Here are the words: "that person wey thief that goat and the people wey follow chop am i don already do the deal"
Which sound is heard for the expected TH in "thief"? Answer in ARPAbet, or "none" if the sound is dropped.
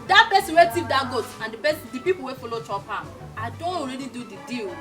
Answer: S